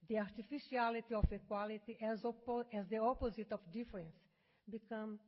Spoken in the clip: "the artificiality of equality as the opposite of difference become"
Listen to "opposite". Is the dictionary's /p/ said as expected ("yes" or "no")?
yes